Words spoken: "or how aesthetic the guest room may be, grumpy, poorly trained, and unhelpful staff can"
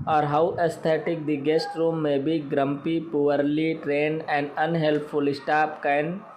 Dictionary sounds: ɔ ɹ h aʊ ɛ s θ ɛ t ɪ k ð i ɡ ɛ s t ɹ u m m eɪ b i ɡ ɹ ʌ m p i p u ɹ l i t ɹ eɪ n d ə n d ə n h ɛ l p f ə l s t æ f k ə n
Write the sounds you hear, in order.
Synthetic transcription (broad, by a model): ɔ ɹ h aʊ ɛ s t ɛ t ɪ k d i ɡ ɛ s t ɹ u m m eɪ b i ɡ ɹ ʌ m p i p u ɹ l i t ɹ eɪ n d ə n d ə n h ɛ l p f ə l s t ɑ p k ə n